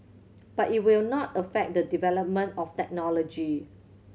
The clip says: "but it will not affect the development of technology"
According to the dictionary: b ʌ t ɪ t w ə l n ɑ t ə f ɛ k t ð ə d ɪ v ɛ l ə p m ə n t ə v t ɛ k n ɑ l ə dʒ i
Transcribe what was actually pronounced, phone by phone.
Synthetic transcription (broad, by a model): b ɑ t ɪ t w ə l n ɑ t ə f ɛ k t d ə d ɪ v ɛ l ə p m ə n t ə f t ɛ k n ɑ l ə dʒ i